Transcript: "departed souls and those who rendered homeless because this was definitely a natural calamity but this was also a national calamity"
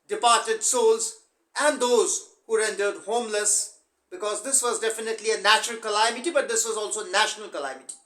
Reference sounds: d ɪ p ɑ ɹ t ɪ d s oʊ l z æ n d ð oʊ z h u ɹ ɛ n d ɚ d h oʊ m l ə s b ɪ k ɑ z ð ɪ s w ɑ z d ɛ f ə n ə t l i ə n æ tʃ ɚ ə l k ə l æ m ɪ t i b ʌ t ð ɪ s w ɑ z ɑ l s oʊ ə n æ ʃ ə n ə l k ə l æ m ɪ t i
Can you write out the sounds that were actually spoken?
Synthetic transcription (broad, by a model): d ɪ p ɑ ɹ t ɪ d s oʊ l z æ n d oʊ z h u ɹ ɛ n d ɚ d h oʊ m l ə s b ɪ k ɑ z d ɪ s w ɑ z d ɛ f ə n ə t l i ə n æ tʃ ɚ ə l k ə l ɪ m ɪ t i b ʌ t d ɪ s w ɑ z ɑ l s oʊ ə n æ ʃ ə n ə l k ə l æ m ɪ t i